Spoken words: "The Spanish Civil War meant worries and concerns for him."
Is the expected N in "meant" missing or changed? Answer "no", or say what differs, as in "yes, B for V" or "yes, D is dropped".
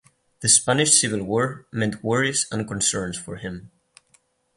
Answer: no